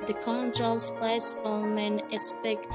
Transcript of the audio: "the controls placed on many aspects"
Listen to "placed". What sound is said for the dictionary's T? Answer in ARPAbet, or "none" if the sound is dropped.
none